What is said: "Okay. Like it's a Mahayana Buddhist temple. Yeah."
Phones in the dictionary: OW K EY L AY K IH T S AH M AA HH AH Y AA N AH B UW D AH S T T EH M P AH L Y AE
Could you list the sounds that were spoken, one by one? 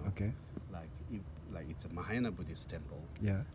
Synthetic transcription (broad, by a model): OW K EY L AY K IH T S AH M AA HH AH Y N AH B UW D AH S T T EH M P AH L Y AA